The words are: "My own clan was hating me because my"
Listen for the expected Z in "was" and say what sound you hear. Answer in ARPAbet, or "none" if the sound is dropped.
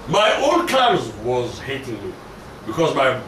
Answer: Z